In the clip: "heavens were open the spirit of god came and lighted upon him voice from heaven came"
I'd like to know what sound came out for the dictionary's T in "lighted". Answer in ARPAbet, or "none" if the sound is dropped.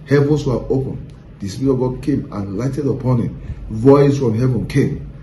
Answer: T